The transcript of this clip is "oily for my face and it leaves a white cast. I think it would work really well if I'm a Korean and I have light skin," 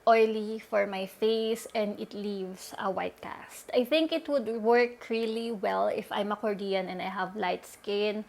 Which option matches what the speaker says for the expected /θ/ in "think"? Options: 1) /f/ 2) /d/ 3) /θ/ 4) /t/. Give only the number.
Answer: 3